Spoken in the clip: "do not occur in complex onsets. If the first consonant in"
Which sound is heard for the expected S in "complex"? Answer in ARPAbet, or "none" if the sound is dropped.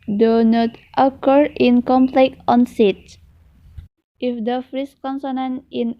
none